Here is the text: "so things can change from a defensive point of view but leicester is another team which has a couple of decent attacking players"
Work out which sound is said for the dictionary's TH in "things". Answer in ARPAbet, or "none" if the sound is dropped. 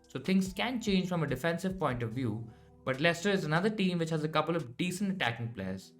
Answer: T